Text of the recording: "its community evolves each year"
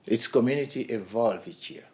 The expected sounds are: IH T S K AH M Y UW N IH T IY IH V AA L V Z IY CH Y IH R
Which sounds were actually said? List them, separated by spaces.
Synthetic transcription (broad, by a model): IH T S K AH M Y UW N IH T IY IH V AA L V IY CH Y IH